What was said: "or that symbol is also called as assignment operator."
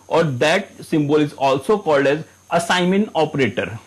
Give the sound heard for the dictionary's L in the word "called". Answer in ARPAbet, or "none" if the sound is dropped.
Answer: L